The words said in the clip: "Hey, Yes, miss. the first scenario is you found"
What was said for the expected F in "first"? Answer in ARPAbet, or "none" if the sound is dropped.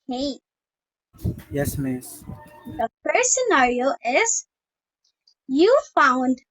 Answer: P